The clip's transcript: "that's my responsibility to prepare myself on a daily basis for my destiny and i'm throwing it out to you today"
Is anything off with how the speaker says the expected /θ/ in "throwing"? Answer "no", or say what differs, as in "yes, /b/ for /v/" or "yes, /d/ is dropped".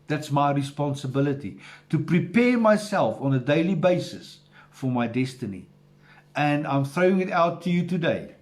no